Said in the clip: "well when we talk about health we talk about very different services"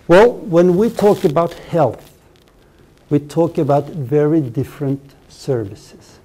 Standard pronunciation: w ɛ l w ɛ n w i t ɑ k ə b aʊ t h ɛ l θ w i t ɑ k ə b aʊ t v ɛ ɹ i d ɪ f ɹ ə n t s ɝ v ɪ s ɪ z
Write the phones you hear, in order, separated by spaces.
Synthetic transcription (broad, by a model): w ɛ l w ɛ n w i t ɑ k ə b aʊ t h ɛ l θ w i t ɑ k ə b aʊ t v ɛ ɹ i d ɪ f ɹ ə n t s ɝ v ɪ s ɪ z